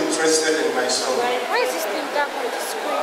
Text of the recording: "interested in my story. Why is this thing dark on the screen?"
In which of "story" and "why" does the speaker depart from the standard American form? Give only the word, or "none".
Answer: story